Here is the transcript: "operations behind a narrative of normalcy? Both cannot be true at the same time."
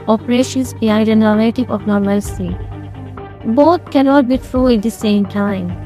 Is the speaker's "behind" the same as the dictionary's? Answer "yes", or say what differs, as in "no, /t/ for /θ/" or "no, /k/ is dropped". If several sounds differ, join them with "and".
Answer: no, /n/ is dropped